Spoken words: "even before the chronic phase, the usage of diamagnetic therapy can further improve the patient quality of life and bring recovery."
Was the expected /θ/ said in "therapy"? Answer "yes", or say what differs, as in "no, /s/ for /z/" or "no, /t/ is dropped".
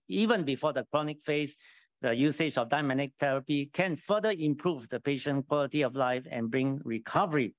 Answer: no, /t/ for /θ/